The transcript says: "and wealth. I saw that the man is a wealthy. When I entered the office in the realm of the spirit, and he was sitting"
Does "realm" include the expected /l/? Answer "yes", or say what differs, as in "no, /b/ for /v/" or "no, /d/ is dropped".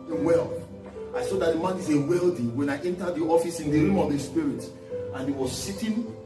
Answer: no, /l/ is dropped